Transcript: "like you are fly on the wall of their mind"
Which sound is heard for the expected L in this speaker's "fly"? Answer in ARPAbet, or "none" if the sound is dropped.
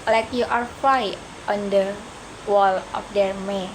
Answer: none